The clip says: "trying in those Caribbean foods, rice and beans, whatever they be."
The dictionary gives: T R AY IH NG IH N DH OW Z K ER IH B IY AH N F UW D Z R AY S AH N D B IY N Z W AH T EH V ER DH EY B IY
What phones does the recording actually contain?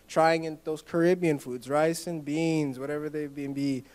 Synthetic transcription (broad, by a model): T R AY IH NG IH N DH OW Z K ER IH B IY AH N F UW D Z R AY S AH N B IY N Z W AH T EH V ER DH EY B IY